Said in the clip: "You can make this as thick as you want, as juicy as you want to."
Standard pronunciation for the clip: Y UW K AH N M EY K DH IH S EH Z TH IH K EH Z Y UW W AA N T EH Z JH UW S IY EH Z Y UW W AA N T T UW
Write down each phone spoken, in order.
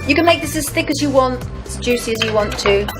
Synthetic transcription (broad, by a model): Y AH K AH N M EY K DH IH S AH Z TH IH K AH Z Y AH W AA N T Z JH UW S IY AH Z Y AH W AA N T T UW